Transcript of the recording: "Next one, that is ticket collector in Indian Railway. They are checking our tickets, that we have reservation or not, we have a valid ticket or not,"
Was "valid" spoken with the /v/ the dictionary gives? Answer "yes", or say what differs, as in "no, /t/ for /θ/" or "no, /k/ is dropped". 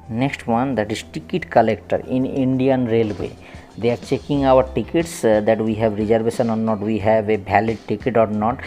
no, /b/ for /v/